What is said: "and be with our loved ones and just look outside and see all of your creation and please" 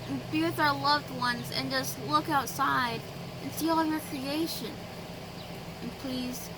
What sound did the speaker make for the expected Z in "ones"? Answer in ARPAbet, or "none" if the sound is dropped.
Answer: Z